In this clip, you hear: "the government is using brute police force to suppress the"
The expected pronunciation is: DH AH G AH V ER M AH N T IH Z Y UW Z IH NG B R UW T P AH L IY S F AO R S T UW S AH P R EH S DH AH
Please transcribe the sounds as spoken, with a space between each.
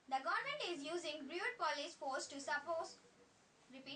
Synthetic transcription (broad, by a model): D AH G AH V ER M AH N T IH Z Y UW Z IH NG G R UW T P AH L IY S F AO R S T UW S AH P AO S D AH